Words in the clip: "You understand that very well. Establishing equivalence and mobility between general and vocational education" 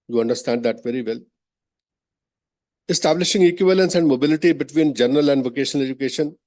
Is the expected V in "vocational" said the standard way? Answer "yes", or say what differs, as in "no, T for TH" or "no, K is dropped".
yes